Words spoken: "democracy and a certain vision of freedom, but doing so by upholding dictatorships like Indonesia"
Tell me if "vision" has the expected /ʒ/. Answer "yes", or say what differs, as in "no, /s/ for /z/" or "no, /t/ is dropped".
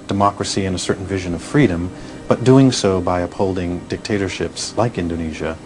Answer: yes